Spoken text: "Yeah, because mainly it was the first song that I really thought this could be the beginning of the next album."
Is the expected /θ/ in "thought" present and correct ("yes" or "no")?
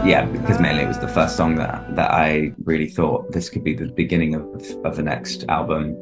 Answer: yes